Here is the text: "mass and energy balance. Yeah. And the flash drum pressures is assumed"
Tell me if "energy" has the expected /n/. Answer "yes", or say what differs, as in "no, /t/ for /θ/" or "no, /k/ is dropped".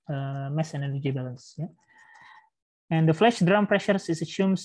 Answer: no, /l/ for /n/